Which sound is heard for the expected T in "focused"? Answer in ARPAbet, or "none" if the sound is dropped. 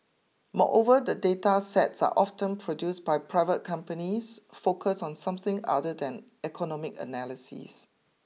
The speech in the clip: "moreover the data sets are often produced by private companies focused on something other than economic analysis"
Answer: none